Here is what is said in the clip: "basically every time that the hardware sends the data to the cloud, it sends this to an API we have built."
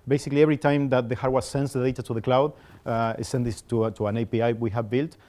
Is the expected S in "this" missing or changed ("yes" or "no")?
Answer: yes